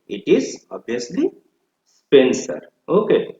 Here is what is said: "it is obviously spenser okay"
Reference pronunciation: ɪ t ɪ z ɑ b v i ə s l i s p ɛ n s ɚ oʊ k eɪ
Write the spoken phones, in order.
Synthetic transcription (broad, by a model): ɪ t ɪ z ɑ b i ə s l i s p ɛ n s ɚ oʊ k eɪ